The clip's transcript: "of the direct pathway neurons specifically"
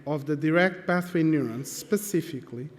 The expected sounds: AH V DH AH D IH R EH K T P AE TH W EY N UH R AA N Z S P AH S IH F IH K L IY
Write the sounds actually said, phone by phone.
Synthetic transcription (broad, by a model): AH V DH AH D IH R EH K T B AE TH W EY N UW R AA N S P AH S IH F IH K L IY